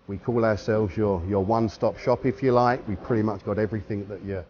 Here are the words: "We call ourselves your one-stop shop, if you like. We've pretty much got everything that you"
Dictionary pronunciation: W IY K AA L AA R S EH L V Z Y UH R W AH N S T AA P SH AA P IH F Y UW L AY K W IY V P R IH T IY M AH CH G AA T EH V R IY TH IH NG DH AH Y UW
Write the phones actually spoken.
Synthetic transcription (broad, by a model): W IY K AA L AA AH S EH L V Z Y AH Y W AH N S T AA P SH AA P IH F Y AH L AY K W IY V P R IH T IY M AH CH G AA T EH V R IY TH IH NG DH AH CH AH